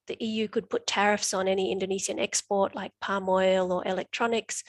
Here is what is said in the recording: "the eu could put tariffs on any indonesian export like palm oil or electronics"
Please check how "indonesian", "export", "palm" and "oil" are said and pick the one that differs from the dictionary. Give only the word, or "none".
indonesian